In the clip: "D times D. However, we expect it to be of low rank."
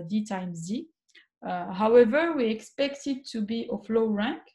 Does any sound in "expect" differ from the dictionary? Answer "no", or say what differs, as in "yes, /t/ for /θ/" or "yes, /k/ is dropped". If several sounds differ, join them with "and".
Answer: no